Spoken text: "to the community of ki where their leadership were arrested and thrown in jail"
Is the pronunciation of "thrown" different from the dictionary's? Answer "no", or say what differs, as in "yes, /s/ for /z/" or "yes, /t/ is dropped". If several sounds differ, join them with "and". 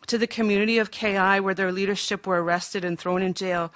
no